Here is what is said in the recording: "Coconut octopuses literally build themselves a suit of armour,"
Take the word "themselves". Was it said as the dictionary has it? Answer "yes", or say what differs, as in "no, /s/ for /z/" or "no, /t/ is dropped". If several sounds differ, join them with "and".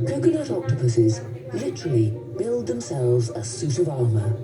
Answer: yes